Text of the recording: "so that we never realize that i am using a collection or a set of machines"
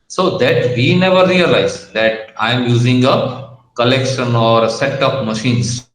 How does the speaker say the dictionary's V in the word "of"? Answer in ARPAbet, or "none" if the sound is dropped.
P